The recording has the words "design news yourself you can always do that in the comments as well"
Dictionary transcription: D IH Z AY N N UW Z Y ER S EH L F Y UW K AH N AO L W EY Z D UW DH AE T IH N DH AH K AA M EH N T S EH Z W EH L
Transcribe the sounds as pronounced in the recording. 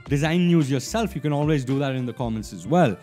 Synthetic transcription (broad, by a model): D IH Z AY N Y UW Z Y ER S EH L F Y UW K AH N AO L W EY Z D UW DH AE T IH N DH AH K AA M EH N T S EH Z W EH L